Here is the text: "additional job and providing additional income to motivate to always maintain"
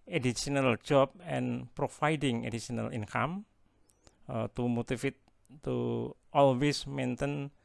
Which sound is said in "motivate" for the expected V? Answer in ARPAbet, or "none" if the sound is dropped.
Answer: F